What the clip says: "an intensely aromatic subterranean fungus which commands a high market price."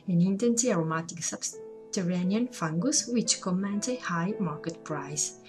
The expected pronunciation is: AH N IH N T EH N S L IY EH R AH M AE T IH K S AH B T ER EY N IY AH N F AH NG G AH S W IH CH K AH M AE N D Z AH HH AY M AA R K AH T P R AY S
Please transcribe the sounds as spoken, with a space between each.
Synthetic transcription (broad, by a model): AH N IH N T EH N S IY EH R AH M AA T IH K S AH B T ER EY N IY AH N F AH NG G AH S W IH CH K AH M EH N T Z AH HH AY M AA R K AH T P R AY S